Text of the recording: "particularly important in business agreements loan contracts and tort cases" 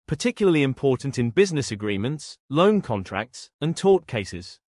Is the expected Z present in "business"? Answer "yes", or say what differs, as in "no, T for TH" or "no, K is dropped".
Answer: yes